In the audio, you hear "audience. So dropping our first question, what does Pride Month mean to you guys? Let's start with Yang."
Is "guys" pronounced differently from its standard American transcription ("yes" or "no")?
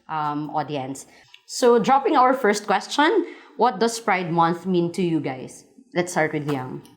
yes